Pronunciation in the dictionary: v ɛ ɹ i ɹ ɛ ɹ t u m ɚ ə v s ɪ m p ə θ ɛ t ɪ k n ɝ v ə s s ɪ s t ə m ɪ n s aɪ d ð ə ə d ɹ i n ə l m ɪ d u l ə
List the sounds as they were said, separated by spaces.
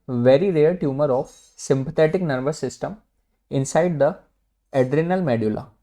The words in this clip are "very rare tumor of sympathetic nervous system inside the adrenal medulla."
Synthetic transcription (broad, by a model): v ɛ ɹ i ɹ ɛ ɹ t u m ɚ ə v s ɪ m p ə t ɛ t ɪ k n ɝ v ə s s ɪ s t ə m ɪ n s aɪ d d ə ə d ɹ i n ə l m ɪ d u l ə